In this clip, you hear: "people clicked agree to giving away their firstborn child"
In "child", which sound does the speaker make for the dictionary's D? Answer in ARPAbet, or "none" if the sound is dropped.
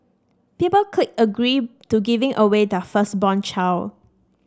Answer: none